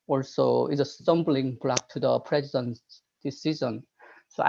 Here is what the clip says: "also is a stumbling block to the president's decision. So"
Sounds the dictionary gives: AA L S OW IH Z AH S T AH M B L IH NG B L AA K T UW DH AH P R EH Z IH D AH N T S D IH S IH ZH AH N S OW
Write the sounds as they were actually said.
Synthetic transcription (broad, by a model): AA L S OW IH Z AH S T AH M B L IH NG B L AA K T UW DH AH P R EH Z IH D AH N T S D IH S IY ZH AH N S OW